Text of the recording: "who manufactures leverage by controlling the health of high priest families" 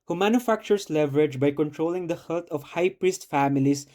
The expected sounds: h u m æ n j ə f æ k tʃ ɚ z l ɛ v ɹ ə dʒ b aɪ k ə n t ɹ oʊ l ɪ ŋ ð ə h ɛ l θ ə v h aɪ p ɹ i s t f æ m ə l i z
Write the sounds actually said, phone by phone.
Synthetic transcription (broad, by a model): h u m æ n j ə f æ k tʃ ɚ s l ɛ v ɹ ə dʒ b aɪ k ə n t ɹ oʊ l ɪ ŋ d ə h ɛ l t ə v h aɪ p ɹ i s t f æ m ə l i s